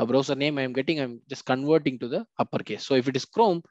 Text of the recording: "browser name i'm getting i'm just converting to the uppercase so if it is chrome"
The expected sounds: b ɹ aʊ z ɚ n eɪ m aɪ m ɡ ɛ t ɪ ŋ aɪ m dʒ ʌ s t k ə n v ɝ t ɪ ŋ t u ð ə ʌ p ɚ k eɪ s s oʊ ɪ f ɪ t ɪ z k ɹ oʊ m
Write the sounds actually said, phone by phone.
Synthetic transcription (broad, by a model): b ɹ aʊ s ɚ n eɪ m aɪ m ɡ ɛ t ɪ ŋ aɪ m dʒ ʌ s t k ə n v ɝ t ɪ ŋ t u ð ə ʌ p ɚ k eɪ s s oʊ ɪ f ɪ t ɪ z k ɹ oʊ m